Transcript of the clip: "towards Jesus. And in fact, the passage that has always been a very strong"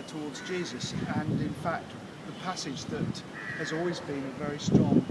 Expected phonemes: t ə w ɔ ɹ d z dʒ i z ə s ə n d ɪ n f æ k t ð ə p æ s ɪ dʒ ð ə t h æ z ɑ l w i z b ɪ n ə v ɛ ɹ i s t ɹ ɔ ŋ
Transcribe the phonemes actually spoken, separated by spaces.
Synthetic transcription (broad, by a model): t ə w ɔ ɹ d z dʒ i z ə s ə n ɪ n f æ k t ð ə p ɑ s ɪ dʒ ð ə t h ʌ z ɑ l w i z b ɪ n ə v ɛ ɹ i s t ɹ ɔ ŋ